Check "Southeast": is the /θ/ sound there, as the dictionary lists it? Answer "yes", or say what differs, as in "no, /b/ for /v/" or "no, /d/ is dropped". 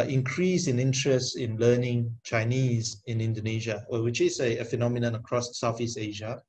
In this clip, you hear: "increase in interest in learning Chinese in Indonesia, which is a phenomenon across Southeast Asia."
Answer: no, /f/ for /θ/